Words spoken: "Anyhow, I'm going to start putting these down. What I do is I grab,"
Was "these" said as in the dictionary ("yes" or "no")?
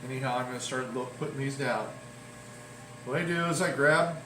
yes